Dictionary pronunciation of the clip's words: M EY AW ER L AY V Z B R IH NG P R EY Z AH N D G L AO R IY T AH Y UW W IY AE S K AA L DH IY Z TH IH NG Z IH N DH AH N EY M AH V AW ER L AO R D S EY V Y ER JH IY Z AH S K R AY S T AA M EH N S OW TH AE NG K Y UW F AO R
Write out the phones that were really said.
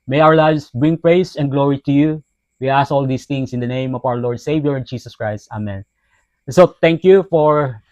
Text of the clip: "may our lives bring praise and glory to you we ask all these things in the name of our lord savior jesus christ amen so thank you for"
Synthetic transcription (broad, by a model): M EY AW ER L AY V S B R IH NG P R EY S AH N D G L AO R IY T AH Y UW W IY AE S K AA L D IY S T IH NG S IH N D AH N EY M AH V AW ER L AO R D S EY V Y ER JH IY S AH S K R AY S T AA M EH N S OW T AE NG K Y UW F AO R